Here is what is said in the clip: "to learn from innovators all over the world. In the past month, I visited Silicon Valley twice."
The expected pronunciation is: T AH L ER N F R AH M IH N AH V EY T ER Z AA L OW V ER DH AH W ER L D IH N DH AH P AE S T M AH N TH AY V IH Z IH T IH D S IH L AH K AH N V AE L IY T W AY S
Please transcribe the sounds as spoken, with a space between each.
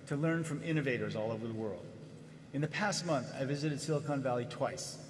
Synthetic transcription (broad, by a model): T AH L ER N F R AH M IH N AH V EY T ER Z AA L OW V ER DH AH W ER L D IH N DH AH P AE S T M AH N TH AY V IH Z IH T IH D S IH L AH K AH N V AE L IY T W AY S